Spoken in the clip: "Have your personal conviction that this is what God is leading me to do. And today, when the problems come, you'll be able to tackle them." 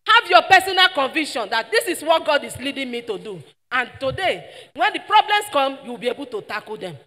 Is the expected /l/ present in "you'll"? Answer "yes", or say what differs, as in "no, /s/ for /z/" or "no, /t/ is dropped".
no, /w/ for /l/